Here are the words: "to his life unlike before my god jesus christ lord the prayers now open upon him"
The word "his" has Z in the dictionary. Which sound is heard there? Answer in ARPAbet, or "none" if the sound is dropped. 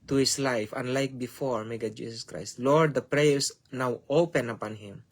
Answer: S